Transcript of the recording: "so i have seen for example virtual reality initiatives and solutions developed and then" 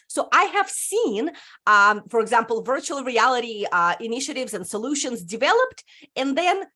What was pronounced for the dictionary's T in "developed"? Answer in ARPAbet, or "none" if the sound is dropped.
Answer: T